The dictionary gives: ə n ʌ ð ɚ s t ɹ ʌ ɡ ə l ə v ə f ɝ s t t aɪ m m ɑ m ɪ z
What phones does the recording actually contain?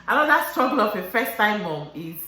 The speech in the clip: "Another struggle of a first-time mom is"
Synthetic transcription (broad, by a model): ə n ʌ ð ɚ s t ɹ ʌ ɡ ə l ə p ə f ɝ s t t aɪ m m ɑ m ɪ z